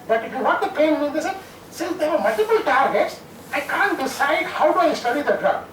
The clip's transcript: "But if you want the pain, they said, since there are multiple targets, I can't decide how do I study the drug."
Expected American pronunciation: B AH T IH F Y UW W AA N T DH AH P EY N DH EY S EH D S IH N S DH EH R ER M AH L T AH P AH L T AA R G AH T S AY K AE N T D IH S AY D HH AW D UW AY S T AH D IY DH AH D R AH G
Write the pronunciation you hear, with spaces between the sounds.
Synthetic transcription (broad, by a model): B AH T IH F Y UW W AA T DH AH P EY N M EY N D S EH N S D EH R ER M AH L T AH P AH L T AA R G AH T S AY K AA N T D IH S AY D HH AW D UW AY S T AH D IY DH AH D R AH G